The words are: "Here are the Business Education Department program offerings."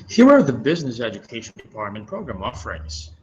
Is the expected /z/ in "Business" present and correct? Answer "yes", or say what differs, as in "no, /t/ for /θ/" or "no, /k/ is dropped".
yes